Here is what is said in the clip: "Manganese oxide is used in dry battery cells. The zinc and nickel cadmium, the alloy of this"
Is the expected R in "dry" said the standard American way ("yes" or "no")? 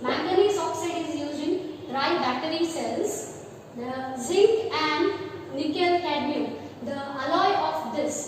yes